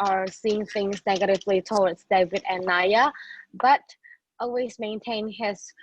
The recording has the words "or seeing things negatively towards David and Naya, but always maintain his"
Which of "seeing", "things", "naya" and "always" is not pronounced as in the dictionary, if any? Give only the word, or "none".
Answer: none